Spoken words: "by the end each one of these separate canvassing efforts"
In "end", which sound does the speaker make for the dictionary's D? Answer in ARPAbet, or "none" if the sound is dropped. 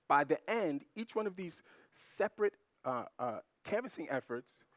D